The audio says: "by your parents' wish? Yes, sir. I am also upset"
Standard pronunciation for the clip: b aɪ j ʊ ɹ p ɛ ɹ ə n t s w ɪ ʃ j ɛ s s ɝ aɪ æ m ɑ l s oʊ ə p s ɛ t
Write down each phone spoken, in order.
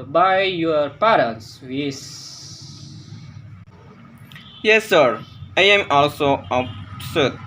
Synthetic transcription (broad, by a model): b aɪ j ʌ ɹ p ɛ ɹ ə n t s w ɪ s j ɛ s s ɝ aɪ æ m ɑ l s oʊ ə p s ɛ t